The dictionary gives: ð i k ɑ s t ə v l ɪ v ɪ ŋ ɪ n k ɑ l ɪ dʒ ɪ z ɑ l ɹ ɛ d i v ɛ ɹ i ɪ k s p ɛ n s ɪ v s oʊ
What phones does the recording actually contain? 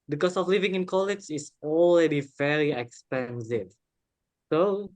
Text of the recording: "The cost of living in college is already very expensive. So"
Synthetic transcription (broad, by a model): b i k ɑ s ə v l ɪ v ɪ ŋ ɪ n k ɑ l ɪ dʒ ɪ s ɑ l ɹ ɛ d i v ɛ ɹ i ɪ k s p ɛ n s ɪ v s oʊ